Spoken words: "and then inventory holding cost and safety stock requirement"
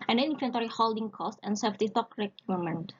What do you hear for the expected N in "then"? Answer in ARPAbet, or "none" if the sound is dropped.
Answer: none